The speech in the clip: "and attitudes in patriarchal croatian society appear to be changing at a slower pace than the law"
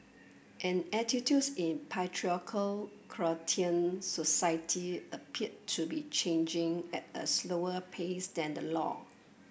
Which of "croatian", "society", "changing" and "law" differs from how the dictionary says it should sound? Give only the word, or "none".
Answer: croatian